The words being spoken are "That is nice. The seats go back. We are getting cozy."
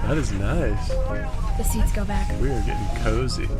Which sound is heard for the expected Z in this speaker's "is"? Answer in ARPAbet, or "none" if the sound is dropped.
Z